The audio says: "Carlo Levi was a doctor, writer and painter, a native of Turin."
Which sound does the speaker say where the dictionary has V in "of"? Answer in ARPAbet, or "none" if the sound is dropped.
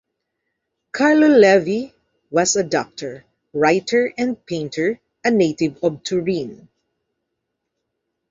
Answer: B